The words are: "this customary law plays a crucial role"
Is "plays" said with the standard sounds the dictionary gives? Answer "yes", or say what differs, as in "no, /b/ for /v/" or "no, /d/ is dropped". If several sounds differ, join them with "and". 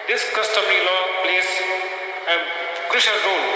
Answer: no, /s/ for /z/